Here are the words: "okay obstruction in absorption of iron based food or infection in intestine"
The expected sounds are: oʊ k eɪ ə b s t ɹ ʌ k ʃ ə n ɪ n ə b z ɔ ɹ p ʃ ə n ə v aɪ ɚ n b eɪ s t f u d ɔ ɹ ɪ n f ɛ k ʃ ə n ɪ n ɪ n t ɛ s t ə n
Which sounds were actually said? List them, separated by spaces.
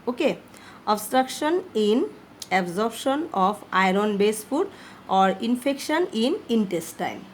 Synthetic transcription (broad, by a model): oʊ k eɪ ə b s t ɹ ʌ k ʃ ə n ɪ n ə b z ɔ ɹ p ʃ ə n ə p aɪ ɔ n b eɪ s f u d ɔ ɹ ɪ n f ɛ k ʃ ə n ɪ n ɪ n t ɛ s t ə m